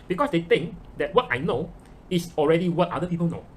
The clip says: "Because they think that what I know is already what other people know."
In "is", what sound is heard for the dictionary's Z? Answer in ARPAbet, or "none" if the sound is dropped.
S